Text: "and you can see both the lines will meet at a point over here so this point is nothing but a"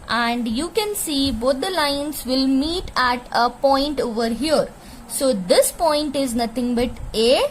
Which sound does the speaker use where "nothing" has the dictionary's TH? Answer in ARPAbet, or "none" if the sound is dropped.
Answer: T